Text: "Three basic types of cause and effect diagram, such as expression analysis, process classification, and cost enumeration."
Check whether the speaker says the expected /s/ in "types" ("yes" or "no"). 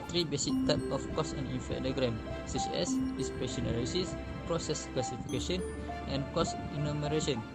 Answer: no